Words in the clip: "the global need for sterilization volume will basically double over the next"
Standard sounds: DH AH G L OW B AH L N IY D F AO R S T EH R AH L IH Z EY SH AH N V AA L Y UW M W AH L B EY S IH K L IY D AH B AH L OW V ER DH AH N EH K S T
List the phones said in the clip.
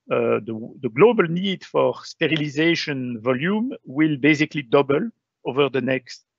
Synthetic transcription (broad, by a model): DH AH G L OW B AH L N IY D F AO R S T EH R AH L IH Z EY SH AH N V AA L Y UW M W AH L B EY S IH K L IY D AH B AH L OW V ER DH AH N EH K S T